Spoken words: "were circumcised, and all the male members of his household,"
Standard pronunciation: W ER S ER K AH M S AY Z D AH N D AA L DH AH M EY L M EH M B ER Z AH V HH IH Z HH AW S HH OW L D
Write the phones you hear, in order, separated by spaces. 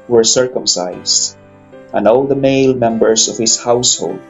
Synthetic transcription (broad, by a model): W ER S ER K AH M S AY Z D AH N D AA L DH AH M EY L M EH M B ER S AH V HH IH S HH AW S HH OW L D